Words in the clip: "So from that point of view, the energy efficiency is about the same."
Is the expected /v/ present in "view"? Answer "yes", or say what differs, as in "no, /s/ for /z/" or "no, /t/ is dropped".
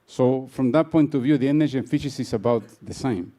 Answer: yes